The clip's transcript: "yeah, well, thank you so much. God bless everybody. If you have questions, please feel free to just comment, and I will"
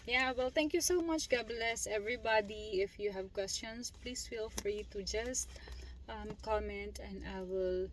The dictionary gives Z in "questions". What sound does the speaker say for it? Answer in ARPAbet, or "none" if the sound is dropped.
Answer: S